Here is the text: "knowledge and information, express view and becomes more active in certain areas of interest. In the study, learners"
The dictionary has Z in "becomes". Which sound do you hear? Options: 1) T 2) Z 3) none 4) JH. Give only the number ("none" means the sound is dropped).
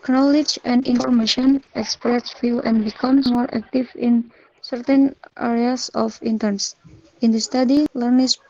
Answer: 3